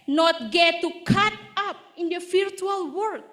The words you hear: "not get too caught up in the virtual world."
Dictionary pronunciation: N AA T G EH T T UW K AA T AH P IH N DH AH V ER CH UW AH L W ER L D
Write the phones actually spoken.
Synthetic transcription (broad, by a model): N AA T G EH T T UW K AA T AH P IH N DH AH F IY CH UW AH L W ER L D